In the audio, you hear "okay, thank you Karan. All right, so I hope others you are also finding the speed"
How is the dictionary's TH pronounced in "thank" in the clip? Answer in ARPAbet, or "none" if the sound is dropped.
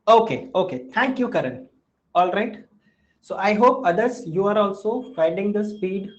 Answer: T